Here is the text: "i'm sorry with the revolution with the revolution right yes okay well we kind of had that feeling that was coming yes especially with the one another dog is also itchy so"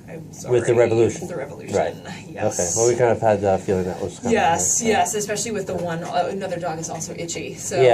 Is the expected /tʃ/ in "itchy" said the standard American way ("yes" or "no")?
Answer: yes